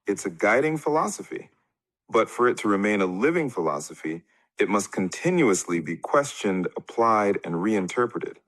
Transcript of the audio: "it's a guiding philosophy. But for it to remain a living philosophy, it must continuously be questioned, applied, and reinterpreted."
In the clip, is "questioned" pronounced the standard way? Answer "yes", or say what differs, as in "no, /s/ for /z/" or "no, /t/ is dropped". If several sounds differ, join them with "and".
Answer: yes